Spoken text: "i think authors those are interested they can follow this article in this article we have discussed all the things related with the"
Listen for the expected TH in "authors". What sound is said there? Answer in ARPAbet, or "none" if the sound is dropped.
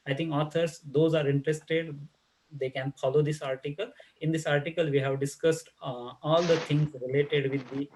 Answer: T